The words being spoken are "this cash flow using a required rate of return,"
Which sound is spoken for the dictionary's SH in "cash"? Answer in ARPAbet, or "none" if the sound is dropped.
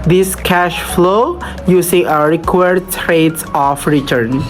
SH